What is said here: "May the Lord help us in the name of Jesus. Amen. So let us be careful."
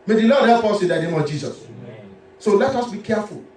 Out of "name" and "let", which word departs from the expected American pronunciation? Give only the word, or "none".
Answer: none